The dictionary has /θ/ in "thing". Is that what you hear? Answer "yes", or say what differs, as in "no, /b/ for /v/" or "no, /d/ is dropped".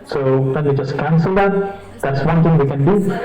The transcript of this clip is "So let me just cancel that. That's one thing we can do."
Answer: no, /t/ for /θ/